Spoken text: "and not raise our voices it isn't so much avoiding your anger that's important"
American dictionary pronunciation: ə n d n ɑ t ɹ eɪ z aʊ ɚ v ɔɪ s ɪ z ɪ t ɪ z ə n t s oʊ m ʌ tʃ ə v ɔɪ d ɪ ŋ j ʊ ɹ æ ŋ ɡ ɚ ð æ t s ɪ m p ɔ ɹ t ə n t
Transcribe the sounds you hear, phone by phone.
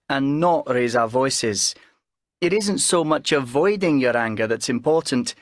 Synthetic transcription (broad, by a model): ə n n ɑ t ɹ eɪ z aʊ ɚ v ɔɪ s ɪ z ɪ t ɪ z ə n t s oʊ m ʌ tʃ ə v ɔɪ d ɪ ŋ j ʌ ɹ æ ŋ ɡ ɚ ð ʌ t s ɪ m p ɔ ɹ t n t